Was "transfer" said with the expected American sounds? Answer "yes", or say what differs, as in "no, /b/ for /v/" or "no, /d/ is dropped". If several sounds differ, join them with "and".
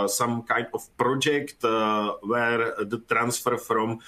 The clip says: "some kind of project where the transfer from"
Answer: yes